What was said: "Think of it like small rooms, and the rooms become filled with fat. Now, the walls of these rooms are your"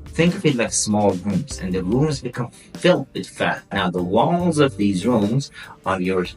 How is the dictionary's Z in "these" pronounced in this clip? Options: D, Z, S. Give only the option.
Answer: Z